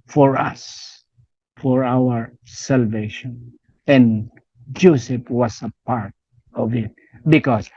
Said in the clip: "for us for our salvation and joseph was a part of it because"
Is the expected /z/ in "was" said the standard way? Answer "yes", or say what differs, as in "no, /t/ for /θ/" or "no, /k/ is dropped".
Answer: no, /s/ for /z/